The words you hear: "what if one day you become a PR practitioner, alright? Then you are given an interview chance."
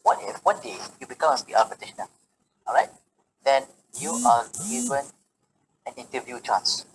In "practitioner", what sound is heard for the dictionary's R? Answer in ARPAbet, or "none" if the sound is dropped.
none